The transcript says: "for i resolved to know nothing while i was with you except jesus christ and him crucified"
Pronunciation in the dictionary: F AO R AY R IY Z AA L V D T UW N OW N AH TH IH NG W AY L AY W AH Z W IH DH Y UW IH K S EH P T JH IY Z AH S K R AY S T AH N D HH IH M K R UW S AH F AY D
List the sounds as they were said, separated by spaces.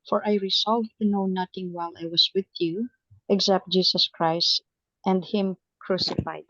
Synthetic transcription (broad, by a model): F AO R AY R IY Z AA L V T UW N OW N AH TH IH NG W AY L AY W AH S W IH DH Y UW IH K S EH P T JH IY S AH S K R AY S T AH N D HH IH M K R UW S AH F AY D